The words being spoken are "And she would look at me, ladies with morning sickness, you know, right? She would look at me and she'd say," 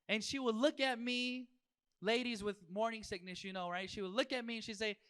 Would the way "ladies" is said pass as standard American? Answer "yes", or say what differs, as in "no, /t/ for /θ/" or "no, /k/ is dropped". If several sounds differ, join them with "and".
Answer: yes